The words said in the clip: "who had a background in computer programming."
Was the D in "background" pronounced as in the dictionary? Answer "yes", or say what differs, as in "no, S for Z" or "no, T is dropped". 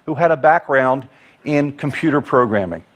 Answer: yes